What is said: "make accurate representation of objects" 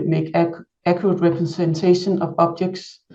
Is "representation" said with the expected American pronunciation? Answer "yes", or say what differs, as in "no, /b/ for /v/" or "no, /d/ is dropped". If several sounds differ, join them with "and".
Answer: no, /s/ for /z/